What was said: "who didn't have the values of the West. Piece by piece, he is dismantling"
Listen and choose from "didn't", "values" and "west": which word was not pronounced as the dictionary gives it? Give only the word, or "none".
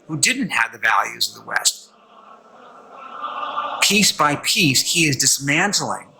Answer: none